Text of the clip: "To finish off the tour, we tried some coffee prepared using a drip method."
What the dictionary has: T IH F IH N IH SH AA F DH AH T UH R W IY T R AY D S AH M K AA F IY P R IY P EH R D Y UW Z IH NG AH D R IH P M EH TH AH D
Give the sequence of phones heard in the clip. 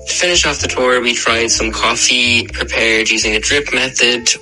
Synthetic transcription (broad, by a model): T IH F IH N IH SH AA F DH AH T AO R W IY T R AY D S AH M K AA F IY P R IY P EH R D Y UW Z IH NG AH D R IH P M EH TH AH D